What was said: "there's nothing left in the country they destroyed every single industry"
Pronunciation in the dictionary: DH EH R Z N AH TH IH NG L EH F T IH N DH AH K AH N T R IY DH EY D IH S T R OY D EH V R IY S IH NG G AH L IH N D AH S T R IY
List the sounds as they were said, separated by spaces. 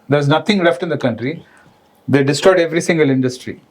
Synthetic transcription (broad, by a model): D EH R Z N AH T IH NG L EH F T IH N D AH K AH N T R IY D EY D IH S T OY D EH V R IY S IH NG G AH L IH N D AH S T R IY